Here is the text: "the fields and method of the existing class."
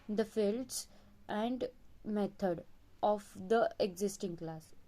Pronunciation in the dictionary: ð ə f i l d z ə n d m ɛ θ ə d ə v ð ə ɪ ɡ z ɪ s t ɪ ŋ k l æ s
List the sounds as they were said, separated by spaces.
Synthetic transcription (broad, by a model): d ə f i l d s ə n d m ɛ t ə d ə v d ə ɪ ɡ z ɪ s t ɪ ŋ k l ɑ s